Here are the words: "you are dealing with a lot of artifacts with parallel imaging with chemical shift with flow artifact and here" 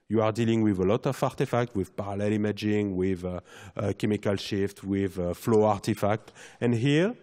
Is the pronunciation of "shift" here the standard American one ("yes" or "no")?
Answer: yes